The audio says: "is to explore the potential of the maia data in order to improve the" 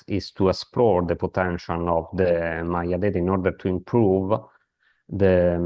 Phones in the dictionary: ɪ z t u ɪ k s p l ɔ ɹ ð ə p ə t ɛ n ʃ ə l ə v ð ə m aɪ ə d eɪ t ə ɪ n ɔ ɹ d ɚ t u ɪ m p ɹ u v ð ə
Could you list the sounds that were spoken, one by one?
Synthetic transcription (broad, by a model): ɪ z t u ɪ s p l ɔ ɹ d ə p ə t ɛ n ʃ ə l ə v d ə m aɪ ə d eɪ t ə n ɔ ɹ d ɚ t u ɪ m p ɹ u v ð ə